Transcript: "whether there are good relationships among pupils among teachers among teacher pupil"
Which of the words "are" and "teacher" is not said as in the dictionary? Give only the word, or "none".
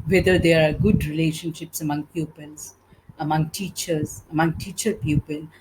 none